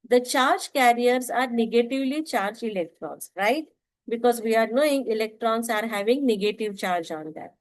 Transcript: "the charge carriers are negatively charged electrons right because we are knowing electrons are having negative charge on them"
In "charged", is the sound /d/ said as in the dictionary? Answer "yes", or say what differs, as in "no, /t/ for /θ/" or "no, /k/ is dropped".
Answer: no, /d/ is dropped